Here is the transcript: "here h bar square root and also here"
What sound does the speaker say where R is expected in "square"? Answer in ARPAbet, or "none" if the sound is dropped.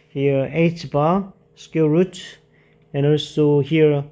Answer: L